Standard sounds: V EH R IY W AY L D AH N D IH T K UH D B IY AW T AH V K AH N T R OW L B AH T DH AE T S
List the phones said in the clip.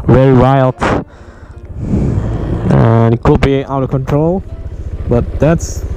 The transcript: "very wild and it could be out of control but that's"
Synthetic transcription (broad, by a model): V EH R IY W AY L D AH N IH T K UH D B IY AW T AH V K AH N T R OW L B AH T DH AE T S